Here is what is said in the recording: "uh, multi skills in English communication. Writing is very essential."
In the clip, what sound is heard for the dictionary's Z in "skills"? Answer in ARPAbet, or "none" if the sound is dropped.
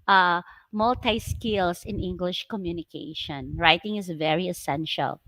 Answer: S